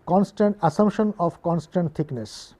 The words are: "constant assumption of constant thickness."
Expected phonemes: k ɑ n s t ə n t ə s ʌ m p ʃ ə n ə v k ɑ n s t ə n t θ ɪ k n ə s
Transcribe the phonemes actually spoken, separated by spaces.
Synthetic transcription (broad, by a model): k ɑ n s t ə n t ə s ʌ m ʃ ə n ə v k ɑ n s t ə n t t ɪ k n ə s